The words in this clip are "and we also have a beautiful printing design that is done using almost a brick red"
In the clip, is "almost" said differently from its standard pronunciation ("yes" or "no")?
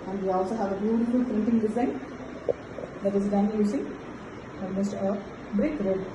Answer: yes